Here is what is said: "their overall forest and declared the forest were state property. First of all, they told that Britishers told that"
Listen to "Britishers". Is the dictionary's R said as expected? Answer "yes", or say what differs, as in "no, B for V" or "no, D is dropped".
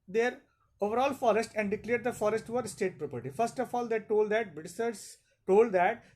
no, R is dropped